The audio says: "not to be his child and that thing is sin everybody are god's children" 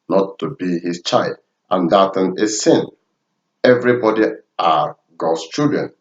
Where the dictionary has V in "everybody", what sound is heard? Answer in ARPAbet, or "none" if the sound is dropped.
V